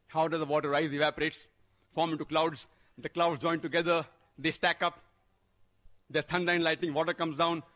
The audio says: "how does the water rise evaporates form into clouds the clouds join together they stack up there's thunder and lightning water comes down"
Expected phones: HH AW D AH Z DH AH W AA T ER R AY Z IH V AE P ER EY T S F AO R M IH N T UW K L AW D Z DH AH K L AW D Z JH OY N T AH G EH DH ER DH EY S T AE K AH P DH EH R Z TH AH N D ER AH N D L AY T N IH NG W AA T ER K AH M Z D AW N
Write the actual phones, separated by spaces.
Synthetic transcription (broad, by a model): HH AW D AH Z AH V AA T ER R AY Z IH V AE P ER EY T S F AO R M IH N T UW K L AW D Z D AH K L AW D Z JH OY N T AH G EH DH ER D EY S T AE K AH P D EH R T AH N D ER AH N L AY T IH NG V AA T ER K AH M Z D AW N